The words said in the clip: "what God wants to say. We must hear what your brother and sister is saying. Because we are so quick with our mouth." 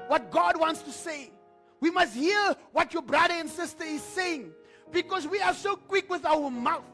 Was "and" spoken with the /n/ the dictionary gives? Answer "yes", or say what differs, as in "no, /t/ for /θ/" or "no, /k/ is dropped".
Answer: yes